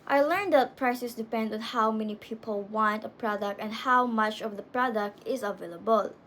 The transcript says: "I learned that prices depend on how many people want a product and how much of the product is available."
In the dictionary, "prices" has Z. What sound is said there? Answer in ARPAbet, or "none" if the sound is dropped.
S